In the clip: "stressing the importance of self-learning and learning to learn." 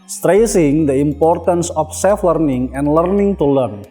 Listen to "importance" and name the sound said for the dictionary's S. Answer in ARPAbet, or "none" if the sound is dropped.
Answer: S